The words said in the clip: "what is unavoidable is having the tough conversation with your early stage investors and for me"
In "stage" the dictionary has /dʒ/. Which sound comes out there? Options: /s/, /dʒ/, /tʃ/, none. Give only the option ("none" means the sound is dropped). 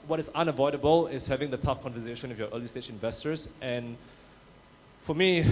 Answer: /tʃ/